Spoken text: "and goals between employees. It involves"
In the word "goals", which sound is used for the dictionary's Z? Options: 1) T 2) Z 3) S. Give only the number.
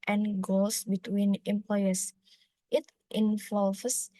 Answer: 3